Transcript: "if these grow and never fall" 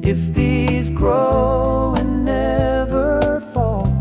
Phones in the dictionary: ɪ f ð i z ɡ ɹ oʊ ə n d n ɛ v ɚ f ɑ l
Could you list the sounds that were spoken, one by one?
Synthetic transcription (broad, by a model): ɪ f ð i z ɡ ɹ oʊ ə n n ɛ v ɚ f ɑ l